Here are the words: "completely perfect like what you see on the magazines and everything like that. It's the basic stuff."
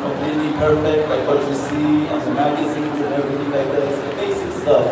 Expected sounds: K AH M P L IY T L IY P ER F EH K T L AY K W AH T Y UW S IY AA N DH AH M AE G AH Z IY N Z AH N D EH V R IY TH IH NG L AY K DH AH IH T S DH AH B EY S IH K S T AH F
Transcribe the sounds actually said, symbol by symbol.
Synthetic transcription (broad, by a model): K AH M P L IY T L IY P ER F EH K T L AY K W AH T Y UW S IY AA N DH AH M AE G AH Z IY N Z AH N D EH R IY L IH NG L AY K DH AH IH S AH B EY S IH K S T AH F